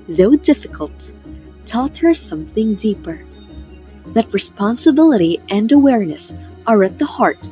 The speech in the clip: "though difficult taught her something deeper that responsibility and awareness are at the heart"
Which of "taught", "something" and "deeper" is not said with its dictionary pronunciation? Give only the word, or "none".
none